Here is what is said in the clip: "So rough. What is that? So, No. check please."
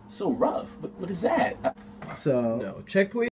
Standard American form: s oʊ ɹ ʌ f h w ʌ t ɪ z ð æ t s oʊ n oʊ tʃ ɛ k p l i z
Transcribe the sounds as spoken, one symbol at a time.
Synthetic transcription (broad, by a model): s oʊ ɹ ʌ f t w ʌ t ɪ z ð æ t s oʊ n oʊ tʃ ɛ k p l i